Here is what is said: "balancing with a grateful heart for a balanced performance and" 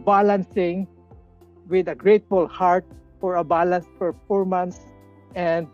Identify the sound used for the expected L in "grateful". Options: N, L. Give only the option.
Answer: L